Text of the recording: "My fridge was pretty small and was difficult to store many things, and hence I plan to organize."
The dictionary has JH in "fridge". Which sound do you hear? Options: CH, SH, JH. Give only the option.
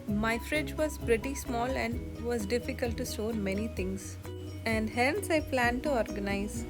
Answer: JH